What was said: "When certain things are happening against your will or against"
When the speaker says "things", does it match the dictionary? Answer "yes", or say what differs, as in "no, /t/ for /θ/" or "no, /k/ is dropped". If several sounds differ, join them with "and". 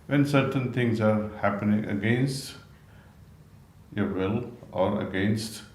no, /t/ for /θ/